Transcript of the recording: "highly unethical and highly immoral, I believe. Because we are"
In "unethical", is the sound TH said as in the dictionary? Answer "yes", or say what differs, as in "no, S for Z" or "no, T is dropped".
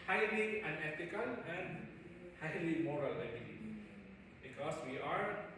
no, T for TH